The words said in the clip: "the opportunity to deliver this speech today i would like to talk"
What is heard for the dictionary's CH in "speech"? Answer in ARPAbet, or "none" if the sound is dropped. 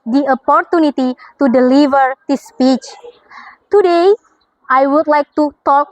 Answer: CH